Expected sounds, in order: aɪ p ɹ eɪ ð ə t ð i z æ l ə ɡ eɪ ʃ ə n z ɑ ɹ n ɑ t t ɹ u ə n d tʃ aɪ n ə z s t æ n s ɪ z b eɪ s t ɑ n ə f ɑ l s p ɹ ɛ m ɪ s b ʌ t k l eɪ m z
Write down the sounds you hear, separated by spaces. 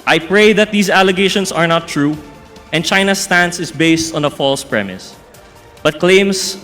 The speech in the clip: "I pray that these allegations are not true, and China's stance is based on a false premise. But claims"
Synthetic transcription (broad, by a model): aɪ p ɹ eɪ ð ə t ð i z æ l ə ɡ eɪ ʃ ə n s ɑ ɹ n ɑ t t ɹ u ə n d tʃ aɪ n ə s t æ n s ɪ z b eɪ s t ɑ n ə f ɑ l s p ɹ ɛ m ɪ s b ʌ t k l eɪ m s